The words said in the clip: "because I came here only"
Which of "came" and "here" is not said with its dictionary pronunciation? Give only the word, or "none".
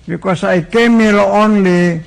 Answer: here